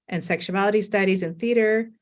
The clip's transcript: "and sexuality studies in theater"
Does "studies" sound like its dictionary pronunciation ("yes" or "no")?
yes